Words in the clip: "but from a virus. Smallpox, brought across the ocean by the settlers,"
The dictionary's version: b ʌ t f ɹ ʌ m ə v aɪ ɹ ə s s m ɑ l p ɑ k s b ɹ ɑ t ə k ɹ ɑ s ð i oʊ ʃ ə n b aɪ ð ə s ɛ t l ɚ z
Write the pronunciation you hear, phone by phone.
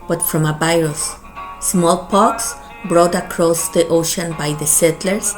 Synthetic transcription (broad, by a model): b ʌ t f ɹ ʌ m ə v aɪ ɹ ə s s m ɑ l p ɑ k s b ɹ ɑ t ə k ɹ ɑ s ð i oʊ ʃ ə n b aɪ ð ə s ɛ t l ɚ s